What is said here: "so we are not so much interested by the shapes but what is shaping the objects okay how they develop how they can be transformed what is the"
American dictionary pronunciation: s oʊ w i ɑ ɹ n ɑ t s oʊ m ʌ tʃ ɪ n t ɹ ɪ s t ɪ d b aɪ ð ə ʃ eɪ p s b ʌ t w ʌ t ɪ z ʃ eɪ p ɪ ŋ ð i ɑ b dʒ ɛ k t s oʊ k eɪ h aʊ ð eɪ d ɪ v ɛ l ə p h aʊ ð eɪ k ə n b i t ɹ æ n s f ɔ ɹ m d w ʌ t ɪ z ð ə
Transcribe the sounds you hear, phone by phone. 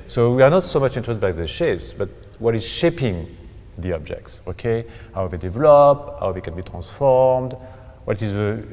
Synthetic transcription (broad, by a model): s oʊ w i ɑ ɹ n ɑ t s oʊ m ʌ tʃ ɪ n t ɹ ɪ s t b aɪ ð ə ʃ eɪ p s b ʌ t w ʌ t ɪ z ʃ eɪ p ɪ ŋ ð i ɑ b dʒ ɛ k t s oʊ k eɪ h aʊ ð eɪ d ɪ v ɛ l ə p h aʊ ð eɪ k ə n b i t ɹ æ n s f ɔ ɹ m d w ʌ t ɪ z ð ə